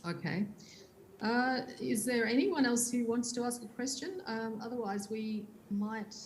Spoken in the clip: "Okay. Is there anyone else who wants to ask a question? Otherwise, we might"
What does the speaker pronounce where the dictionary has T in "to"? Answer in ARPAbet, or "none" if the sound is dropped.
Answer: T